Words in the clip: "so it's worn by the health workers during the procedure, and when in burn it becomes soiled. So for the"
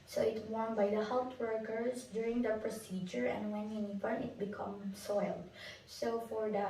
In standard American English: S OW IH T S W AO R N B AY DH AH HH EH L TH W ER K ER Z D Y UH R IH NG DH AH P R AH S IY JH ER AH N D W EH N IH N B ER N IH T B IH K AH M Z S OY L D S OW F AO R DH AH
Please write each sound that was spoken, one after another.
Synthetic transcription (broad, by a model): S OW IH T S W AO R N B AY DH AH HH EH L T W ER K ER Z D Y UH R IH NG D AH P R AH S IY JH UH AH N D W EH N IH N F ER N IH T B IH K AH M S OY L D S OW F AO R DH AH